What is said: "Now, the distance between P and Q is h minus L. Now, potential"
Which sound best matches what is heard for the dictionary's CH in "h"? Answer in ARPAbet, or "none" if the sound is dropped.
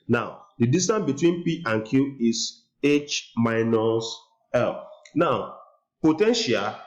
CH